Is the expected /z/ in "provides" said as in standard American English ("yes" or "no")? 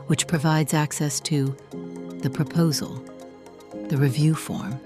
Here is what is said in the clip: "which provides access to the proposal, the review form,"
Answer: yes